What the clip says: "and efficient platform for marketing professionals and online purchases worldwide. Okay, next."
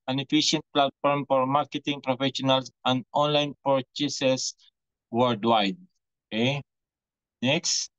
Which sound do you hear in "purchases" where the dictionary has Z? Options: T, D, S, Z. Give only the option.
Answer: S